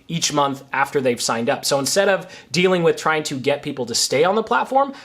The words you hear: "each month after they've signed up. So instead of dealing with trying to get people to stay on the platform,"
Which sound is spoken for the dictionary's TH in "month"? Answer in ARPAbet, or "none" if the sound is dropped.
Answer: TH